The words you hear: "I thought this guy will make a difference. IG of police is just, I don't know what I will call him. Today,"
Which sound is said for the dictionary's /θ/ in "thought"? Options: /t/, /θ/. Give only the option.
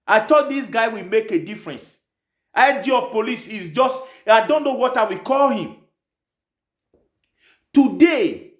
/t/